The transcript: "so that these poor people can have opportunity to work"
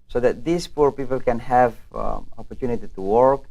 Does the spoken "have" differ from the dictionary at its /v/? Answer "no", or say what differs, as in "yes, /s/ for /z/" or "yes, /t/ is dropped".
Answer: no